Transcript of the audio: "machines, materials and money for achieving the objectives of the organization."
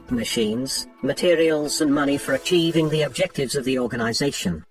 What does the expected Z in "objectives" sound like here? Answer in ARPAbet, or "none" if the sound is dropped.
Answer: Z